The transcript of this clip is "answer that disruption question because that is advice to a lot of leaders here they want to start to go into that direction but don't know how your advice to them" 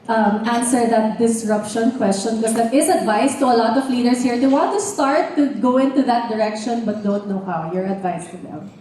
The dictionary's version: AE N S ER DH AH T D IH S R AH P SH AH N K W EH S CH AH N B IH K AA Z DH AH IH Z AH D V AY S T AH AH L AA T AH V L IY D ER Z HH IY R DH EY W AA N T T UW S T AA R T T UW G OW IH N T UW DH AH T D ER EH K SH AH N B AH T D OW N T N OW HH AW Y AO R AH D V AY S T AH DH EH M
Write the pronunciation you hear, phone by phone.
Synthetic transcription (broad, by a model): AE N S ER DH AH T D IH S R AH P SH AH N K W EH S CH AH N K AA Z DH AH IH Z AH D V AY S T AH AH L AA T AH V L IY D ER S HH IY R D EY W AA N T T UW S T AA R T T UW G OW IH N T UW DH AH T D ER EH K SH AH N B AH T D OW N T N OW HH AW Y AO R AH D V AY S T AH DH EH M